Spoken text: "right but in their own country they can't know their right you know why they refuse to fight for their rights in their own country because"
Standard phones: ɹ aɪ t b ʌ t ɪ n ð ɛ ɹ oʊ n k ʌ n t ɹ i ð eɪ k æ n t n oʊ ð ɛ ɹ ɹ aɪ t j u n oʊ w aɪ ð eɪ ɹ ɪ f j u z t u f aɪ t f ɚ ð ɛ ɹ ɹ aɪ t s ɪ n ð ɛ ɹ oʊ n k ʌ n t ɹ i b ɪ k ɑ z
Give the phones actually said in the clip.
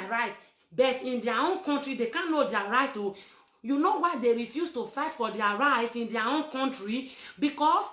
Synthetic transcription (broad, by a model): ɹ aɪ t b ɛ t ɪ n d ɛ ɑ oʊ n k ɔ n t ɹ i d eɪ k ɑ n n oʊ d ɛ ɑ ɹ aɪ t j u n oʊ w aɪ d eɪ ɹ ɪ f j u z t u f aɪ t f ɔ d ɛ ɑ ɹ aɪ t ɪ n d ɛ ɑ oʊ n k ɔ n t ɹ i b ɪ k ɑ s